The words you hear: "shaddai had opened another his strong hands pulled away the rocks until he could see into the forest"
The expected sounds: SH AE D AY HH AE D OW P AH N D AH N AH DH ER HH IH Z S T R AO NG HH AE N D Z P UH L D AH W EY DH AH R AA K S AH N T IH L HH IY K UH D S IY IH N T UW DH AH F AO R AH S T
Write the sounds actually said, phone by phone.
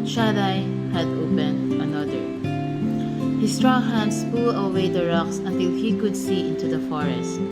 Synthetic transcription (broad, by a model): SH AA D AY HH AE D OW P AH N D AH N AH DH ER HH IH S T R AO NG HH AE N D S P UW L AH W EY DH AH R AA K S AH N T IH L HH IY K UH D S IY IH N T UW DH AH F AO R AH S T